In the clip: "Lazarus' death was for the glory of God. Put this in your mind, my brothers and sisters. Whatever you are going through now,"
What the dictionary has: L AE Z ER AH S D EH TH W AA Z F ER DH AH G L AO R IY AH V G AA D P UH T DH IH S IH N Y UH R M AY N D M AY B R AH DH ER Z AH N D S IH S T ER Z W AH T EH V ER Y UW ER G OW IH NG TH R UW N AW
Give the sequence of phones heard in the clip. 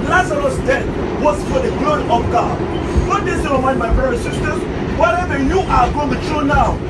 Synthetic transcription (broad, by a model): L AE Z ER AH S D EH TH W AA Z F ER DH AH G L AO R IY AH V G AA D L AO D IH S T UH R M AY N D M AY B R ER AH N S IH S T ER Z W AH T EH V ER Y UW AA G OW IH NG T R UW N AW